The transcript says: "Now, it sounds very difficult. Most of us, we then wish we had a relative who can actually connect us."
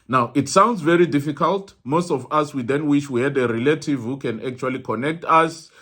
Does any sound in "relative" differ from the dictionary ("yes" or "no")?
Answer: no